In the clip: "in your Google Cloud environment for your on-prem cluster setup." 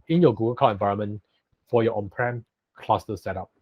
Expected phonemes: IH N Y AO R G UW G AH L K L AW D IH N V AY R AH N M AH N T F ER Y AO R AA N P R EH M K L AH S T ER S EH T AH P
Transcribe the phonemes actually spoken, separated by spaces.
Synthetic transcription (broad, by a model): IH N Y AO G UW G AH L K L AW IH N V AY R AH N M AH N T F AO Y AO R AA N P R EH M K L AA S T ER S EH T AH P